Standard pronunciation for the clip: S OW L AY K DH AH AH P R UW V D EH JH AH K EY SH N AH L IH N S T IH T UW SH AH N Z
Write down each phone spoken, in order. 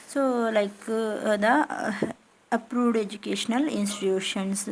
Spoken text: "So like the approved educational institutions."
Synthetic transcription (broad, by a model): S OW L AY K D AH AH P R UW V D EH JH AH K EY SH N AH L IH N S T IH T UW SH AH N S